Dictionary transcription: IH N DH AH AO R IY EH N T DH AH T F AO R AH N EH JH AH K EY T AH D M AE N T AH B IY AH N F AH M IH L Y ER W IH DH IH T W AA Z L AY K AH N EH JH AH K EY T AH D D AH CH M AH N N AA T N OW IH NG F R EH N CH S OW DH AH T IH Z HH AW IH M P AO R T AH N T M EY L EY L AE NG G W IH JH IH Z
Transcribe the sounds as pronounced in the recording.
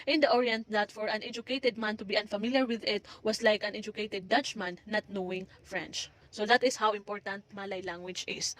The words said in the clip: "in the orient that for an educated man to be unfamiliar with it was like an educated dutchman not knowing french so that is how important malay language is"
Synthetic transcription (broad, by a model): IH N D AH AO R IY EH N T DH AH T F AO R AH N EH JH AH K EY T AH D M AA N T AH B IY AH N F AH M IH L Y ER W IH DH IH T W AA S L AY K AH N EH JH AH K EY T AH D D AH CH M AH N N AA T N OW IH NG F R EH N CH S OW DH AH T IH S HH AW IH M P AO R T AH N T M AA L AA L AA NG W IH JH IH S